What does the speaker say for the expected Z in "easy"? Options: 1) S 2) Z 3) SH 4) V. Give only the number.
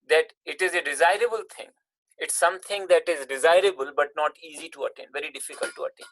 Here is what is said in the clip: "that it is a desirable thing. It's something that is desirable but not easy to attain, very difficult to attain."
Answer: 2